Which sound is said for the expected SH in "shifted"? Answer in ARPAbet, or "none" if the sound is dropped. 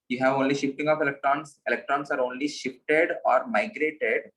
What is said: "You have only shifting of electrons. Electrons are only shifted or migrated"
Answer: SH